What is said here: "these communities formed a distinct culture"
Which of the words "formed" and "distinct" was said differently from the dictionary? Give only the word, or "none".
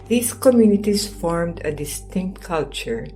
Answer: none